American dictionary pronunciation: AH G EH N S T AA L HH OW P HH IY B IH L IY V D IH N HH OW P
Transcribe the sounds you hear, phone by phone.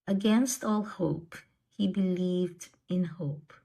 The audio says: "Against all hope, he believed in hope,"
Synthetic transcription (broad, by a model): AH G EH N S T AA L HH OW P HH IY B IH L IY V D IH N HH OW P